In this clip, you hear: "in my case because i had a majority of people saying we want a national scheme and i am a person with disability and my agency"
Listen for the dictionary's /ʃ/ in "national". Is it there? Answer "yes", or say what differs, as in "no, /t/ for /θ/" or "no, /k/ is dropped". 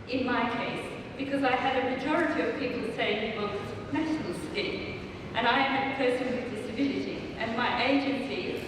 no, /ʃ/ is dropped